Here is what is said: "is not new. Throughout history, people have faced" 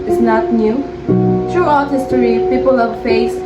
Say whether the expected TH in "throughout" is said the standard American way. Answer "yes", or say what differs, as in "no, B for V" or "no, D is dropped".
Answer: no, T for TH